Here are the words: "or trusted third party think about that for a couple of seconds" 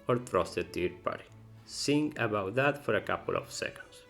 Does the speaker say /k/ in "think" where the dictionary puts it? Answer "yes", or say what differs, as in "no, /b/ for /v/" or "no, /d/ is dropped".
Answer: no, /k/ is dropped